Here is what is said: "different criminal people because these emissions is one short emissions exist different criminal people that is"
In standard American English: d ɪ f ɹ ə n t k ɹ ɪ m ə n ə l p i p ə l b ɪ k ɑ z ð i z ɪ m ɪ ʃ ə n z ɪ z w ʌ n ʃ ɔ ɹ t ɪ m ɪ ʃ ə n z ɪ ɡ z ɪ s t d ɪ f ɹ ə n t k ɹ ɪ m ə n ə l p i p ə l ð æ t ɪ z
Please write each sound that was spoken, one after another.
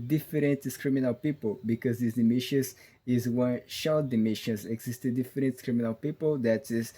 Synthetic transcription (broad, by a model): d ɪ f ɹ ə n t k ɹ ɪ m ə n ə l p i p ə l b ɪ k ɑ z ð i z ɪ m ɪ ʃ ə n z ɪ z w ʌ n ʃ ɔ l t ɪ m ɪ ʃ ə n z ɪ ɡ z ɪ s t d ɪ f ɹ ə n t k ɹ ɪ m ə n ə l p i p ə l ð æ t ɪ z